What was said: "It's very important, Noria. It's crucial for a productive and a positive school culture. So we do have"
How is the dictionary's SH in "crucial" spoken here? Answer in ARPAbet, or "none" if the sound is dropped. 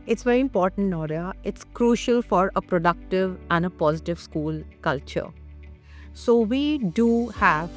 SH